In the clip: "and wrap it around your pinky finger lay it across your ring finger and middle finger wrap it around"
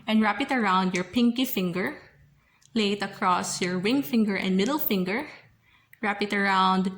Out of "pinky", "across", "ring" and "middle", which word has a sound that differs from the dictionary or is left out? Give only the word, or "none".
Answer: ring